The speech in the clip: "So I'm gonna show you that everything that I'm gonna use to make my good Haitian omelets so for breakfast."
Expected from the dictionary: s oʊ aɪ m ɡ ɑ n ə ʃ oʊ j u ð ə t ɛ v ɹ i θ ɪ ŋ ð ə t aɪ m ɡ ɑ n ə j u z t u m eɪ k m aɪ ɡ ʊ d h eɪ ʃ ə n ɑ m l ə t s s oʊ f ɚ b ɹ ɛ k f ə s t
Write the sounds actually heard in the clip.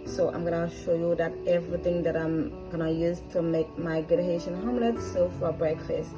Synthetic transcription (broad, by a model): s oʊ aɪ m ɡ ɑ n ə ʃ oʊ j u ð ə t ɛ v ɹ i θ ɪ ŋ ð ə t aɪ m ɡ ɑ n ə j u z t u m eɪ k m aɪ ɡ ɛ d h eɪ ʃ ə n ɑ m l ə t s s oʊ f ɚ b ɹ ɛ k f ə s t